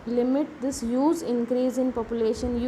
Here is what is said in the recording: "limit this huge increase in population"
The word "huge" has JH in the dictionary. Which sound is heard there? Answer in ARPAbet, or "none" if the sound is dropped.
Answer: Z